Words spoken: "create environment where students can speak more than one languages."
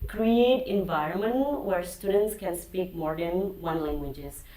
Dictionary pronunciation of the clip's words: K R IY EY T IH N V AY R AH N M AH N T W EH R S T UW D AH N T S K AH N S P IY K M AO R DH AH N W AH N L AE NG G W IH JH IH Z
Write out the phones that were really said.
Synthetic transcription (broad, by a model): K R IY EY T IH N V AY R AH N M AH N T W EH R S T UW D AH N T S K AH N S P IY K M AO R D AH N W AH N L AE NG G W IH JH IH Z